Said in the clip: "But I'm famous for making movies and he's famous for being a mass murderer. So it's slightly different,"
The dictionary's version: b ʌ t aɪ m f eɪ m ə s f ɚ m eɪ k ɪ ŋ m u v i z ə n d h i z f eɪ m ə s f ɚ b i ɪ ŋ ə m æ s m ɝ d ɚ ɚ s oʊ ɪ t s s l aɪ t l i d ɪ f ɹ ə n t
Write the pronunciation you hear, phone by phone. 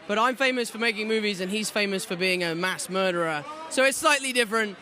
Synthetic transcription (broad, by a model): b ʌ t aɪ m f eɪ m ə s f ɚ m eɪ k ɪ ŋ m u v i z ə n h i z f eɪ m ə s f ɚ b i ɪ ŋ ə m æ s m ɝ d ɚ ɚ s oʊ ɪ t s s l aɪ t l i d ɪ f ɹ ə n t